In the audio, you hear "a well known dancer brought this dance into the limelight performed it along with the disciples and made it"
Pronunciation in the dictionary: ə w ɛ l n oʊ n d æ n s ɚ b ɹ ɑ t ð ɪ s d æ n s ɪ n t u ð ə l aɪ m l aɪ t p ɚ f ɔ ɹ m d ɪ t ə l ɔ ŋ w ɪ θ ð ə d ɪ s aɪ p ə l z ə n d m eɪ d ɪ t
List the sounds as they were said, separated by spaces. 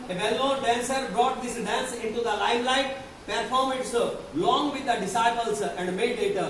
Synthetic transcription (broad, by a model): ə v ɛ l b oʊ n d æ n s ɚ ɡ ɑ t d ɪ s d æ n s ɪ n t u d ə l aɪ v l aɪ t p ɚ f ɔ ɹ m ɪ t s l ɔ ŋ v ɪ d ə d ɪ s aɪ p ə l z ə n d m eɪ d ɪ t